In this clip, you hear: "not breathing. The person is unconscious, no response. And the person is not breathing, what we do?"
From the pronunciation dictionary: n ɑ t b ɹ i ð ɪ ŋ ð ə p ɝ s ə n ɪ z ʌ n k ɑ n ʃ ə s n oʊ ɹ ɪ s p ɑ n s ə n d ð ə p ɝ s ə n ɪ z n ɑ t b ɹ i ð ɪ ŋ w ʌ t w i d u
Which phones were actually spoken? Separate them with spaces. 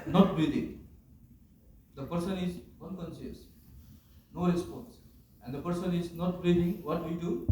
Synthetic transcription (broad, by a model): n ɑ t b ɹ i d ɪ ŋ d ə p ɝ s ə n ɪ z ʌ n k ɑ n s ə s n oʊ ɹ ɪ s p ɑ n s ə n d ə p ɝ s ə n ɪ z n ɑ t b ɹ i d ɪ ŋ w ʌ t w i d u